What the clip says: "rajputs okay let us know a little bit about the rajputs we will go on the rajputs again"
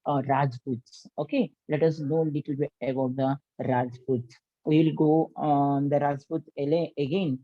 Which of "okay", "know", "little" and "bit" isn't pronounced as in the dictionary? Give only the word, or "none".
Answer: bit